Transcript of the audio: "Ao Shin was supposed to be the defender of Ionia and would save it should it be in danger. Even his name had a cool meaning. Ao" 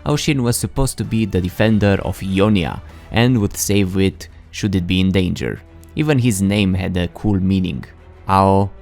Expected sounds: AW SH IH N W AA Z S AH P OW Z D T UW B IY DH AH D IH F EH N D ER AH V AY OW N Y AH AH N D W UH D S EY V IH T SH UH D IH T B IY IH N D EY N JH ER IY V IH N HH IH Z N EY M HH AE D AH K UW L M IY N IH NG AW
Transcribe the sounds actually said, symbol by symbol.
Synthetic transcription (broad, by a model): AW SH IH N W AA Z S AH P OW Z T UW B IY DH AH D IH F EH N D ER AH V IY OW N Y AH AH N D W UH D S EY V IH T SH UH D IH T B IY IH N D EY N JH ER IY V IH N HH IH Z N EY M HH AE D AH K UW L M IY N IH NG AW